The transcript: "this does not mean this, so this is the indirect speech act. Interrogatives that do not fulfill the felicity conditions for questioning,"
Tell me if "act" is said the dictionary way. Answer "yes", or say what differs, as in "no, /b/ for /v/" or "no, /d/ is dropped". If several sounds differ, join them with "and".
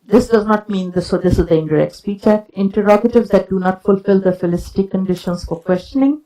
no, /t/ is dropped